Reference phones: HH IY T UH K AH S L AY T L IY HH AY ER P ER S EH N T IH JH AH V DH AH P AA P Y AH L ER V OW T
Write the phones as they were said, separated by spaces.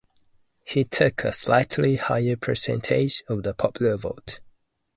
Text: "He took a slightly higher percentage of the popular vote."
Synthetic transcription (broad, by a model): HH IY T UH K AH S L AY T L IY HH AY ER P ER S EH N T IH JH AH V DH AH P AA P Y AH L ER V OW T